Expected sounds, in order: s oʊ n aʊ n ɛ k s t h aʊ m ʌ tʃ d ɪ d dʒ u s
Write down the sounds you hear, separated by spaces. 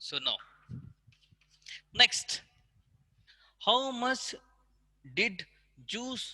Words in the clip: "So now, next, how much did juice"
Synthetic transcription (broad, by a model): s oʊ n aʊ n ɛ k s t h aʊ m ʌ s d ɪ d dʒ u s